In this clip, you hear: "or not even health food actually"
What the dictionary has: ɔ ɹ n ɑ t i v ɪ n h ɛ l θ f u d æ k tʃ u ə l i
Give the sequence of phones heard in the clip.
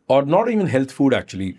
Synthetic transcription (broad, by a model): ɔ ɹ n ɑ t i v ɪ n h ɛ l t f u d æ k tʃ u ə l i